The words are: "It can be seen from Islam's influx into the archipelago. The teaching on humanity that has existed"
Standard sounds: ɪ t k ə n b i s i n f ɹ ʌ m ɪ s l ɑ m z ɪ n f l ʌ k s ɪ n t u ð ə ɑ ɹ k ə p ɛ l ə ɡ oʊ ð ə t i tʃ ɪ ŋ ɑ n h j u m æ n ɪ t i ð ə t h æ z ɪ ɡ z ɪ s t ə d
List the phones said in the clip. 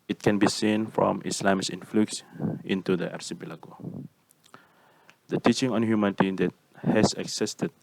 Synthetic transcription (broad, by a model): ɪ t k ə n b i s i n f ɹ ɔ m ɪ s l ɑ m s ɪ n f l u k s ɪ n t u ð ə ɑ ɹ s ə b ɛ l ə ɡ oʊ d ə t i tʃ ɪ ŋ ɑ n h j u m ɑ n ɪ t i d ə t h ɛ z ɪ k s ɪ s t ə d